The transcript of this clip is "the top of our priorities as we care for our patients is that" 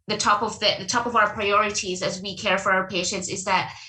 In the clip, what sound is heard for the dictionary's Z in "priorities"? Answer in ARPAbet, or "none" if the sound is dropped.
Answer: Z